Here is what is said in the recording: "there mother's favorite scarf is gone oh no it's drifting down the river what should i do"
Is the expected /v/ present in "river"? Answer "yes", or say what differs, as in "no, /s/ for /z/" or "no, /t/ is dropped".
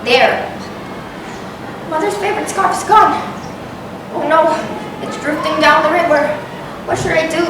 no, /w/ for /v/